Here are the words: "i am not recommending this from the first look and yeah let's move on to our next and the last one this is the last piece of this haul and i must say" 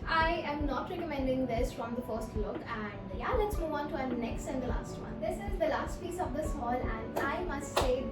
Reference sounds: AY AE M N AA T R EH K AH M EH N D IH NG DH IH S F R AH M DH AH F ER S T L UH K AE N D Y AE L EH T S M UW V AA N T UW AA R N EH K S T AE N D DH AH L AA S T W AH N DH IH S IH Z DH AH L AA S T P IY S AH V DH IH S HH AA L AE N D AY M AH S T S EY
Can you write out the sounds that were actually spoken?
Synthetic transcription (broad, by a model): AY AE M N AA T R EH K AH M EH N D IH NG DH IH S F R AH M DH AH F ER S T L UH K AE N D Y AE L EH T S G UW AA N T UW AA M N EH K S T AE N D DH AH L AA S T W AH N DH IH S IH Z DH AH L AA S T P IY S AH V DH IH S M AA L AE N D AY M AH S T S EY